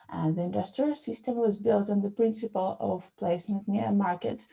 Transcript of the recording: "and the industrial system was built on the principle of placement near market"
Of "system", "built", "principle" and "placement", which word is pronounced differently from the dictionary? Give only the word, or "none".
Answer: none